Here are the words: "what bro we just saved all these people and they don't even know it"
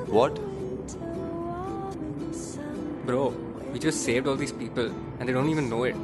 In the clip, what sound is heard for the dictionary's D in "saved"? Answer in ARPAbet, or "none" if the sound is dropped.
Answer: D